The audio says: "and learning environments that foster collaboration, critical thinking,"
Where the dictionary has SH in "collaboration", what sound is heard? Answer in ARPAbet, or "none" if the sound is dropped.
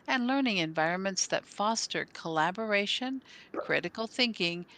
SH